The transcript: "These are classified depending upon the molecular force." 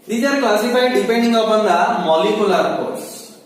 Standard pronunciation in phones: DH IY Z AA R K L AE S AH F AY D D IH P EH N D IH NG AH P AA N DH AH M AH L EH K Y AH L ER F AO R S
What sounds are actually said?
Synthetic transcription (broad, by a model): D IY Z AA R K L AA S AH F AY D D IH P EH N D IH NG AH B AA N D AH M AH L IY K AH L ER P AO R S